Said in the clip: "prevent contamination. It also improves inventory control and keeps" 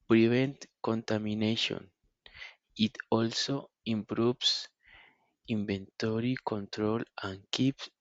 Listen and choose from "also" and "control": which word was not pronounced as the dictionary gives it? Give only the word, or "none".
none